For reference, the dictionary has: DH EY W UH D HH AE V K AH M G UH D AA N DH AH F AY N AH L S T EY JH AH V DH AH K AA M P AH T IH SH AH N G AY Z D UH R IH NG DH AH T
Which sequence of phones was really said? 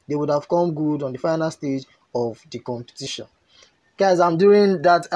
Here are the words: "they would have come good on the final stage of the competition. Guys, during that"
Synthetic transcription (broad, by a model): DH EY W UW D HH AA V K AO M G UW D AA N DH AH F AY N AH L S T EY JH AH V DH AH K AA M P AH T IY SH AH N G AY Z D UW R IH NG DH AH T